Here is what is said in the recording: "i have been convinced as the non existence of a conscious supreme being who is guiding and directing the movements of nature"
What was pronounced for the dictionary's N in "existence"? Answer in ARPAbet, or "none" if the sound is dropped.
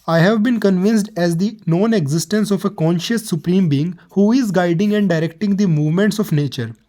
N